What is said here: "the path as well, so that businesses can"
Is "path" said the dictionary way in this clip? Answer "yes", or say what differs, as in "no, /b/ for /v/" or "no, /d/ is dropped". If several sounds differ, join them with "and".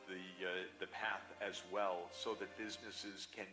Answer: yes